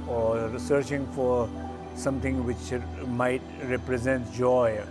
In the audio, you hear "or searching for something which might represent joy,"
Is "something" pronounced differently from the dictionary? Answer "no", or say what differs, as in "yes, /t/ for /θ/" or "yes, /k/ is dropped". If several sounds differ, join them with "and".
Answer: yes, /t/ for /θ/